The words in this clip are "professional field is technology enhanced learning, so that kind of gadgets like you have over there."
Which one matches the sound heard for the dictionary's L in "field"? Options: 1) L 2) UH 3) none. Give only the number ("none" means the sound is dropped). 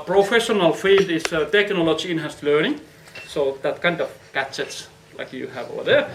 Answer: 3